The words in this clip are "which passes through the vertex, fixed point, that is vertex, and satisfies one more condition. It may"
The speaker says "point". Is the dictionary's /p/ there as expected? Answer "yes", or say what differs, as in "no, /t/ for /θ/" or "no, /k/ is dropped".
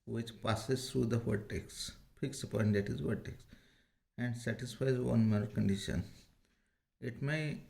yes